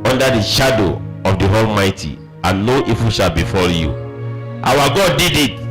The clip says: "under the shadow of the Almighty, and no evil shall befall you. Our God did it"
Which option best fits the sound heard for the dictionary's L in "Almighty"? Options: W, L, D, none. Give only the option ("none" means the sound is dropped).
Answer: L